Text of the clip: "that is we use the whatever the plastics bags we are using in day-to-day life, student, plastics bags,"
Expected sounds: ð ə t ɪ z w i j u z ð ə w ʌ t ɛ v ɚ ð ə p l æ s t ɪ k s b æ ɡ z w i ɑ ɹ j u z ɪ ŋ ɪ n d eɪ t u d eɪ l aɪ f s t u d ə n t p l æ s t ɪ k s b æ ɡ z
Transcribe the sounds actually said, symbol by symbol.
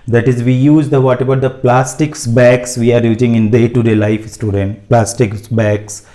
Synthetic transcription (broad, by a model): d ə t ɪ z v i j u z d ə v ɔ t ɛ b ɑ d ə p l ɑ s t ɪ k s b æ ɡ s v i ɑ ɹ j u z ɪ ŋ ɪ n d eɪ t u d eɪ l aɪ f s t u d ə n t p l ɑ s t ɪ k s b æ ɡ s